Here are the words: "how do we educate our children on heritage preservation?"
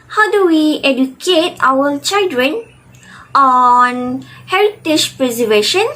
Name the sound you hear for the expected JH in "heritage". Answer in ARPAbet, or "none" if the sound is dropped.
SH